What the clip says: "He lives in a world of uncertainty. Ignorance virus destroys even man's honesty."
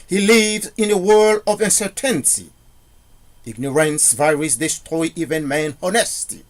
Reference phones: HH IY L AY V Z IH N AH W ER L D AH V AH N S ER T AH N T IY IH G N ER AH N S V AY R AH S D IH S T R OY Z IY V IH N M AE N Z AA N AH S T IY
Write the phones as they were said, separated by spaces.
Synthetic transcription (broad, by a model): HH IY L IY V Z IH N AH W ER L D AH V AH N S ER T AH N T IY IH G N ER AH N S V AY R AH S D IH S T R OY IY V IH N M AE N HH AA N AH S T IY